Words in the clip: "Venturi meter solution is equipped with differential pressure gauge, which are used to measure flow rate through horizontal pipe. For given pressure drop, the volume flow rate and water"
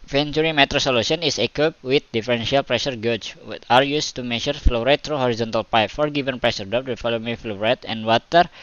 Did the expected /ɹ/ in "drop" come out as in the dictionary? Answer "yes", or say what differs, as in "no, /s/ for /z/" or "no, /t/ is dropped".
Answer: no, /ɹ/ is dropped